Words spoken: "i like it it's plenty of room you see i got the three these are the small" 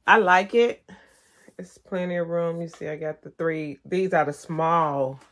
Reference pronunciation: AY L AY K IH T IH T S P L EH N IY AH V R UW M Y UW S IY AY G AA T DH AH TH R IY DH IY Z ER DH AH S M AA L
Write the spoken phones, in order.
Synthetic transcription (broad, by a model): AY L AY K IH T IH T S P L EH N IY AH R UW M Y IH S IY AY G AA T DH AH TH R IY DH IY Z ER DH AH S M AA L